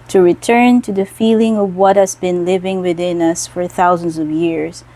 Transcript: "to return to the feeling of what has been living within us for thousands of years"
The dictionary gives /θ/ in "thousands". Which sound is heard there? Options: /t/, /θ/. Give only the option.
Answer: /θ/